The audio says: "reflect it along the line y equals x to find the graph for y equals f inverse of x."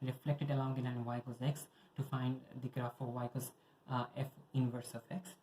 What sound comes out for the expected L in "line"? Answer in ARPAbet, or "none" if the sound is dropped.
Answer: N